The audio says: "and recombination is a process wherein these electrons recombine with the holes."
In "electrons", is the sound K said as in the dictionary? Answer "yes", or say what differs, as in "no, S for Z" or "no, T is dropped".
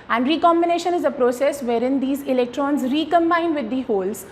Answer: yes